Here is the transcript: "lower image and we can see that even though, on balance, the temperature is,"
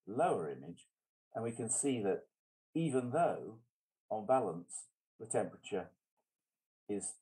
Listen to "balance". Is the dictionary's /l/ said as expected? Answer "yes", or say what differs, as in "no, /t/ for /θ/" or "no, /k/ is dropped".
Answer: yes